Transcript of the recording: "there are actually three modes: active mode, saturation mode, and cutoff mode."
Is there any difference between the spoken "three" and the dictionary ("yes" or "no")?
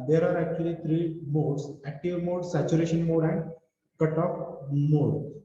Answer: yes